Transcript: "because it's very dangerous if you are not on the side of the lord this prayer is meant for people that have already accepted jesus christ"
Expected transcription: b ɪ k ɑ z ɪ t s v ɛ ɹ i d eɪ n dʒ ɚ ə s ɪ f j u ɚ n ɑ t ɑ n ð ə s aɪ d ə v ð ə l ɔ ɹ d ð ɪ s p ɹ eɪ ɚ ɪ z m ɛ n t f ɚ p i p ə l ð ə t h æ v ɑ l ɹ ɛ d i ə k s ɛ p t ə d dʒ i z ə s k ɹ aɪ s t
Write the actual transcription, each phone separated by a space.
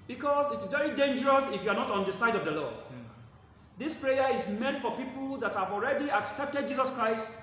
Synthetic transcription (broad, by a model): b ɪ k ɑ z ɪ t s v ɛ ɹ i d eɪ n dʒ ɚ ə s ɪ f j u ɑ n ɑ t ɑ n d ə s aɪ d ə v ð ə l ɔ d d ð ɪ s p ɹ eɪ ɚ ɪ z m ɛ n t f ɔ p i p ə l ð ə t h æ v ɑ l ɹ ɛ d i ə k s ɛ p t ə d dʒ i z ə s k ɹ aɪ s t